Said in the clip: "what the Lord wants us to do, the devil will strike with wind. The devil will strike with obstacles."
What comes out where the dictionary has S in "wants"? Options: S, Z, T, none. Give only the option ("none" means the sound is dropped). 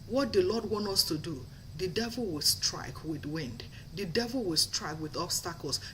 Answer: none